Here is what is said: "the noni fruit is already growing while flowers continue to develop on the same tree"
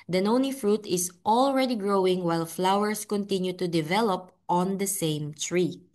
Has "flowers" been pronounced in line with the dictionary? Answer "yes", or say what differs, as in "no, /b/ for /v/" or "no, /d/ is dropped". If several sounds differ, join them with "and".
no, /s/ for /z/